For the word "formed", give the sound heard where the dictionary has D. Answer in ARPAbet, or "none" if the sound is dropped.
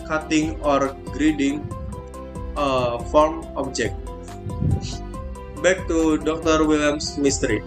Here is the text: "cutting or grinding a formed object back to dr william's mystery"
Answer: none